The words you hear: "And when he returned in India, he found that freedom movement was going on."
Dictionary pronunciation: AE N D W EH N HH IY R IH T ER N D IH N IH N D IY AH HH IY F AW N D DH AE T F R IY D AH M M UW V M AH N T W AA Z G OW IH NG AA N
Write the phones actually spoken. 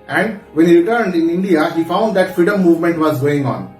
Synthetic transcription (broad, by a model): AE N D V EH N HH IY R IH T ER N D IH N IH N D IY AH HH IY F AW N D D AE T F R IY D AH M M UW V M AH N T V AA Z G OW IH NG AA N